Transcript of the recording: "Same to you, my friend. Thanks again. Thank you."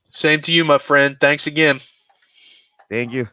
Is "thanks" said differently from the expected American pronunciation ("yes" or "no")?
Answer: no